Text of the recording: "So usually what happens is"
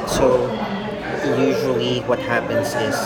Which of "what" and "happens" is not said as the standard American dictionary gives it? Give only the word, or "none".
none